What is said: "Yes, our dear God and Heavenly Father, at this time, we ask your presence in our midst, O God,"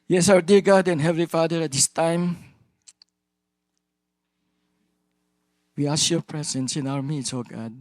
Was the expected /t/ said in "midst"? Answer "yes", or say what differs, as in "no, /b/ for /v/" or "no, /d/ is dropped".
no, /t/ is dropped